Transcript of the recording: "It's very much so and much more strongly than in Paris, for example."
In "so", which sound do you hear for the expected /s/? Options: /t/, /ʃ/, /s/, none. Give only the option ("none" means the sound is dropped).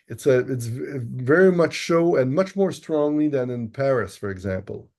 /ʃ/